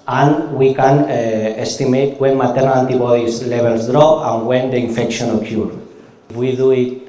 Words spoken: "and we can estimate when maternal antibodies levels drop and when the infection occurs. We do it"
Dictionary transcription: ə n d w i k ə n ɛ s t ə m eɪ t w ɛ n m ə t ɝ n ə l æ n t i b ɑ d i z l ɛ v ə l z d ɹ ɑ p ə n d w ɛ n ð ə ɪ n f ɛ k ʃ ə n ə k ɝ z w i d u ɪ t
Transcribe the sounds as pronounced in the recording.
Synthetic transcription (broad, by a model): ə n w i k ə n ɛ s t ə m eɪ t w ɛ n m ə t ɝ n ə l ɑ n t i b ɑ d i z l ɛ b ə l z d ɹ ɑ ə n w ɛ n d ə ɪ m f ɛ k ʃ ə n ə k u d w i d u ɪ t